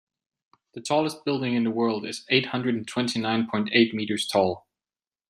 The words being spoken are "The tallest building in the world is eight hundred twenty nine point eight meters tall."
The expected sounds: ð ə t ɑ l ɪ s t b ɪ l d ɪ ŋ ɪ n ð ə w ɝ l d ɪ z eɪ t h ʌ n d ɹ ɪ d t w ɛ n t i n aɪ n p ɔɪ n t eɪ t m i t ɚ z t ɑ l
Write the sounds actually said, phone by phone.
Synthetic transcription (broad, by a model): ð ə t ɑ l ɪ s t b ɪ l d ɪ ŋ ɪ n ð ə w ɝ l d ɪ z eɪ t h ʌ n d ɹ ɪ d t w ɛ n t i n aɪ n p ɔɪ n t eɪ t m i t ɚ z t ɑ l